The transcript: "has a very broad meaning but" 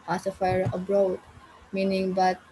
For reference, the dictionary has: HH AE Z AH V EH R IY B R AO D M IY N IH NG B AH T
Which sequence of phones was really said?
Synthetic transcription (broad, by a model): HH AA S AH F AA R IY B R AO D M IY N IH NG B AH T